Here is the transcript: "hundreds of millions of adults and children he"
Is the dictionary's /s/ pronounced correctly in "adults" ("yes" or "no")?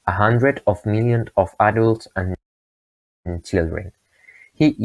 yes